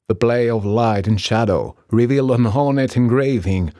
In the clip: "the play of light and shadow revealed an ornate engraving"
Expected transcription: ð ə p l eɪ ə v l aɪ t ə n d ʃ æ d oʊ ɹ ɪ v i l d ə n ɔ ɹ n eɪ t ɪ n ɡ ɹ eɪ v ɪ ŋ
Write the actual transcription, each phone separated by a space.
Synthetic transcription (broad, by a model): ð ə b l eɪ ə v l aɪ t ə n ʃ æ d oʊ ɹ ɪ v i l d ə n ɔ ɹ n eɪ t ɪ n ɡ ɹ eɪ v ɪ ŋ